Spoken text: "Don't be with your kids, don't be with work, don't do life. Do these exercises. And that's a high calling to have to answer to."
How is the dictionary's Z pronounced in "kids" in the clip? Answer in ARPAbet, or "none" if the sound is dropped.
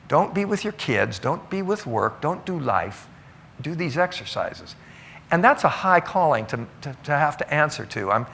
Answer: Z